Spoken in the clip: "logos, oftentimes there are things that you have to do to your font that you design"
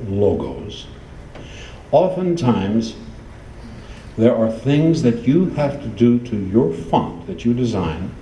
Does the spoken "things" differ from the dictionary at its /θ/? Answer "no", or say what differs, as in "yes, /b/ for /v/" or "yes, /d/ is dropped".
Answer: no